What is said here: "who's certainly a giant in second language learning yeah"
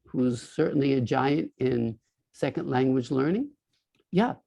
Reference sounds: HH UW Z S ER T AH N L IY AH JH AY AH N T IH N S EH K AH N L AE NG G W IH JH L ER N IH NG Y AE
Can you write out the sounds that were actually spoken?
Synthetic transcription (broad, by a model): HH UW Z S ER T N L IY AH JH AY AH N T IH N S EH K AH N L AE NG G W IH JH L ER N IH NG Y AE